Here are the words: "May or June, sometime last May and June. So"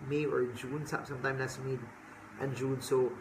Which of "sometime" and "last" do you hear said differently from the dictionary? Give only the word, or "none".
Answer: last